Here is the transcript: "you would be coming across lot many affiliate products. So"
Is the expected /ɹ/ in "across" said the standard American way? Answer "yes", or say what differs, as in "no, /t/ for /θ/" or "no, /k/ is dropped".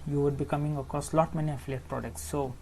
no, /ɹ/ is dropped